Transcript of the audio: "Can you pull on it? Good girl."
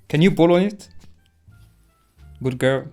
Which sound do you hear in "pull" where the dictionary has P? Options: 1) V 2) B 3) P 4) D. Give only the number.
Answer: 2